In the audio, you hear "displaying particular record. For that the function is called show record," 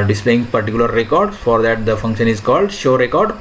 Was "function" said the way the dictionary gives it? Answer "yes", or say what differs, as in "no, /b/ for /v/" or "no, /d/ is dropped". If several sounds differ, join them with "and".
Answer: yes